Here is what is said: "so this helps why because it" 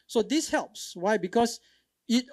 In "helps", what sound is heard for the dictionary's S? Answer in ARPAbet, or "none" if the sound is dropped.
S